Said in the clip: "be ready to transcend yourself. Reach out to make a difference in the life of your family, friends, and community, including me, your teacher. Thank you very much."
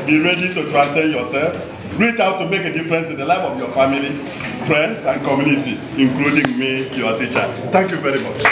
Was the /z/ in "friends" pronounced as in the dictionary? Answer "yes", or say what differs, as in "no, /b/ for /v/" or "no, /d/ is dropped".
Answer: no, /s/ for /z/